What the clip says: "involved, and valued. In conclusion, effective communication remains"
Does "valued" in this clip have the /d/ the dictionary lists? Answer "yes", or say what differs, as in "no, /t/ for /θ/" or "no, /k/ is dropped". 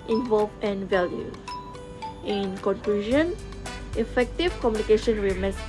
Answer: no, /d/ is dropped